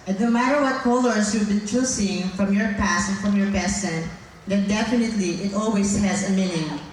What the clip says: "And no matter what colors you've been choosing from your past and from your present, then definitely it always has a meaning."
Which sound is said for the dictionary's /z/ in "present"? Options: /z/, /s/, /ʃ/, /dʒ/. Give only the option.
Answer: /s/